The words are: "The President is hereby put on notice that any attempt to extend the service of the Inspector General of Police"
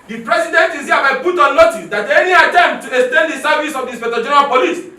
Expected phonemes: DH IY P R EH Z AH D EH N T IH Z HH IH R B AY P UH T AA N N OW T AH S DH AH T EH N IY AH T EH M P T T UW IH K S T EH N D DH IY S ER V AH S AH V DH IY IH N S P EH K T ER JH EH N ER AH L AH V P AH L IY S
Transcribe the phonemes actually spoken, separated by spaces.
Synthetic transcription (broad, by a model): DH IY P R EH S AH D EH N T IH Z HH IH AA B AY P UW T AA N N OW T AH S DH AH T EH N IY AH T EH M T T UW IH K S T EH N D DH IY S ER V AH S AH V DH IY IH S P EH T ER JH EH N ER AH L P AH L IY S